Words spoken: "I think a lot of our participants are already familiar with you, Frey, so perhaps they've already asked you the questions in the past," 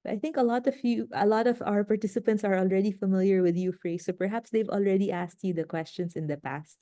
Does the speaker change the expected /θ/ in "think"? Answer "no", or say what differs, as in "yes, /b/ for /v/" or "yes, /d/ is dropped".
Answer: yes, /t/ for /θ/